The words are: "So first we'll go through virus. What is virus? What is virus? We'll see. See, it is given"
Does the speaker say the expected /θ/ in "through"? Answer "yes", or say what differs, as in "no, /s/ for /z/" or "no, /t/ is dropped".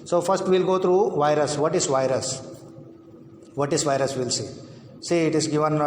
no, /t/ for /θ/